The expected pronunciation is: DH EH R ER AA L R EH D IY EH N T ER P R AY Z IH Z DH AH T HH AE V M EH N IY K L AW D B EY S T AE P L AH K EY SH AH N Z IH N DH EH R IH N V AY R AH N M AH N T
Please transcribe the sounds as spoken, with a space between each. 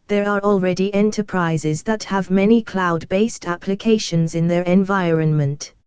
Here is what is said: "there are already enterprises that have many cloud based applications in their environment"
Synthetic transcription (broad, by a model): DH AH R ER AA L R EH D IY EH N T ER P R AY Z IH Z DH AH T HH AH V M EH N IY K L AW D B EY S T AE P L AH K EY SH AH N Z IH N DH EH R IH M V AY R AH N M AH N T